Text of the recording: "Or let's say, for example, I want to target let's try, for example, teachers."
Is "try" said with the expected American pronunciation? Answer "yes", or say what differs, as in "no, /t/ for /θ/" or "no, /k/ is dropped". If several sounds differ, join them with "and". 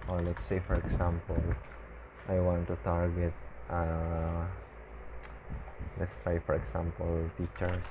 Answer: no, /ɹ/ is dropped